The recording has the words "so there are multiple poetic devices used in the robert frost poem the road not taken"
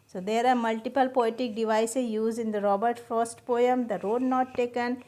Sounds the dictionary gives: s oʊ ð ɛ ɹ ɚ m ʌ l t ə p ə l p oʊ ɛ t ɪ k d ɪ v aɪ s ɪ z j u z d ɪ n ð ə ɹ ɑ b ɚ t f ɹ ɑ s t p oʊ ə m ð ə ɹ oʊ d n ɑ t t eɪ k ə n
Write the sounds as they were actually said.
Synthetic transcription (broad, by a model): s oʊ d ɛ ɹ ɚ m ʌ l t ə p ə l p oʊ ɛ t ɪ k d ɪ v aɪ s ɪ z j u z d ɪ n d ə ɹ ɑ b ɚ t f ʌ s t p oʊ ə m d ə ɹ oʊ d n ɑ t t eɪ k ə n